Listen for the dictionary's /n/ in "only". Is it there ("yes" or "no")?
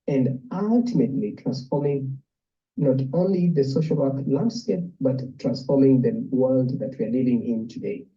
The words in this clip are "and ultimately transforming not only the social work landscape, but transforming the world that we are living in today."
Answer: yes